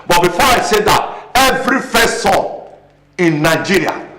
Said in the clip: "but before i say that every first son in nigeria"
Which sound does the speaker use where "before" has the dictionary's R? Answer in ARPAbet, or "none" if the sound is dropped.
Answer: R